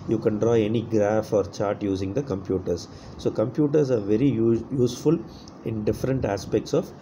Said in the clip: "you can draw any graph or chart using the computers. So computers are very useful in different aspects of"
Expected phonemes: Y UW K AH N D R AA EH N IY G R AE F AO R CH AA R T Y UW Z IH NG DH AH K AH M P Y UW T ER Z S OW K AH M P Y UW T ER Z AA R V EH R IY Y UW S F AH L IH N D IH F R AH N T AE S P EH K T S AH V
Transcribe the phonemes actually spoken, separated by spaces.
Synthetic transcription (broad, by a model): Y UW K AH N D R AA EH N IY G R AE F AO R CH AA R T Y UW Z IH NG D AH K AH M P Y UW T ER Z S OW K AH M P Y UW T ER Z AA R V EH R IY Y UW S F AH L IH N D IH F R AH N T AE S P EH K T S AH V